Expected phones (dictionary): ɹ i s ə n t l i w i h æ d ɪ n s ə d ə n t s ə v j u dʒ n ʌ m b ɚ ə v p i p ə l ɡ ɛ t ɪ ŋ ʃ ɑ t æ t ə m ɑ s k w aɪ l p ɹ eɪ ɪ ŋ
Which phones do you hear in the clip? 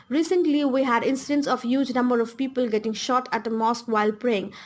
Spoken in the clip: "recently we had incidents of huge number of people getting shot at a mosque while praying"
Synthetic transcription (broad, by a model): ɹ i s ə n t l i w i h æ d ɪ n s ə d ə n t s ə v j u dʒ n ʌ m b ɚ ə v p i p ə l ɡ ɛ t ɪ ŋ ʃ ɑ t æ t ə m ɑ s k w aɪ l p ɹ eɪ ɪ ŋ